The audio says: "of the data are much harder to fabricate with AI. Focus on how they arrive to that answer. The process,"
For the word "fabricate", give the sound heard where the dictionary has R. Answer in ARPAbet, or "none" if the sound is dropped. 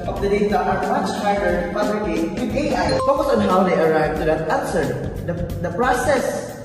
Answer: L